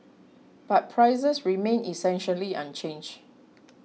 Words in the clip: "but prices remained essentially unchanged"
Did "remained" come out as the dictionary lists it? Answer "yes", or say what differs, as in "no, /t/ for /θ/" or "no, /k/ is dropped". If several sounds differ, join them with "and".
no, /d/ is dropped